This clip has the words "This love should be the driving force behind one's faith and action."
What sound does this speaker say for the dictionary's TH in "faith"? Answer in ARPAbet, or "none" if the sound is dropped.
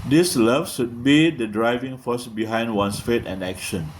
T